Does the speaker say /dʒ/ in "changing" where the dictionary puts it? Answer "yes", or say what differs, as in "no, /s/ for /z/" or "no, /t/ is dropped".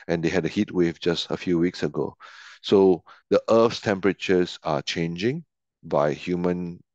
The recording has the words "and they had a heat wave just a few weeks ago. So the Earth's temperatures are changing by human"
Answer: yes